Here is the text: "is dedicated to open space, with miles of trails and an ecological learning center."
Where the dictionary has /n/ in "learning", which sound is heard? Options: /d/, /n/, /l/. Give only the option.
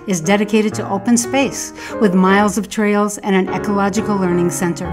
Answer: /n/